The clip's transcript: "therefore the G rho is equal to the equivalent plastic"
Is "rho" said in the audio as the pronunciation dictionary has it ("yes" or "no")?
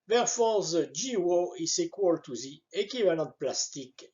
no